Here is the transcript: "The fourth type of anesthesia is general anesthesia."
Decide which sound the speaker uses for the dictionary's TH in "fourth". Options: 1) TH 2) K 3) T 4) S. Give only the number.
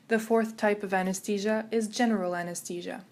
1